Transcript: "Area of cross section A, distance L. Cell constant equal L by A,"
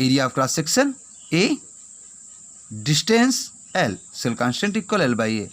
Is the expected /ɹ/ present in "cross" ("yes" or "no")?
no